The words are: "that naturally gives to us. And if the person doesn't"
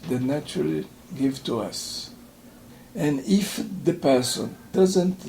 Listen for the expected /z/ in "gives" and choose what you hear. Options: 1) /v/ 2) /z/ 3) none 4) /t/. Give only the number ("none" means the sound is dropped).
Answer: 3